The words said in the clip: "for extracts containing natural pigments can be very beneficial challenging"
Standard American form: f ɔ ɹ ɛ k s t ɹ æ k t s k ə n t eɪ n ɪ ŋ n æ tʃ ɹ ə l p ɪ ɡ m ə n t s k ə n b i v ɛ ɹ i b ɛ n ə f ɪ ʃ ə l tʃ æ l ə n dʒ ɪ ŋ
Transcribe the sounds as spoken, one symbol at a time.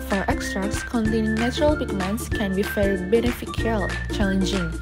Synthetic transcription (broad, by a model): f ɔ ɹ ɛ k s t ɹ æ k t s k ə n t eɪ n ɪ ŋ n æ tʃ ɹ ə l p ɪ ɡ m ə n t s k ə n b i f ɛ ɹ b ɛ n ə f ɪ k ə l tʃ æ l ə n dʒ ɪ ŋ